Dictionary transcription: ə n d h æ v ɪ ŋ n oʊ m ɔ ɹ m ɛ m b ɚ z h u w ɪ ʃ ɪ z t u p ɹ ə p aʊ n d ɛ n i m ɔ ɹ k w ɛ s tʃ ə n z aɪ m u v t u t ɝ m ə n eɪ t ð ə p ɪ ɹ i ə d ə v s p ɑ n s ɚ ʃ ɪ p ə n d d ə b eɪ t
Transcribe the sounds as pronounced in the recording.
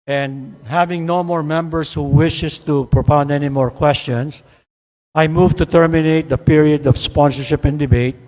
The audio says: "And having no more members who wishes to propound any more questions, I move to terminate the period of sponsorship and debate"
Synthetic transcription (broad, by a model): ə n d h æ v ɪ ŋ n oʊ m ɔ ɹ m ɛ m b ɚ s h u w ɪ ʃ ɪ s t u p ɹ ə p aʊ n d ɛ n i m ɔ ɹ k w ɛ s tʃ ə n s aɪ m u v t u t ɝ m ə n eɪ t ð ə p ɪ ɹ i ə d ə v s p ɑ n s ɚ ʃ ɪ p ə n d d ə b eɪ t